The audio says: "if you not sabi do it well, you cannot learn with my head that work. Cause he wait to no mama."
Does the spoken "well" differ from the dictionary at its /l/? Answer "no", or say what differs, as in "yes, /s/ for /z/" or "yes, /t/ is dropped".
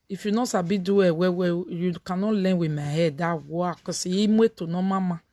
yes, /w/ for /l/